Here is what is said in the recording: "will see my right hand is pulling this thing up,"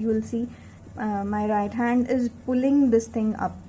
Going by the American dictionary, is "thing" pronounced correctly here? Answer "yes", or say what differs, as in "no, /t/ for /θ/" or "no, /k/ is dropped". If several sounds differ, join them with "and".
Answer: no, /t/ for /θ/